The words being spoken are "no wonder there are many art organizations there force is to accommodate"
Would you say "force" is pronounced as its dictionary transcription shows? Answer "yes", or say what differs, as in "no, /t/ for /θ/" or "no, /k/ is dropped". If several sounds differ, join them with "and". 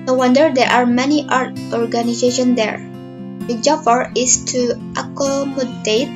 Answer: no, /s/ is dropped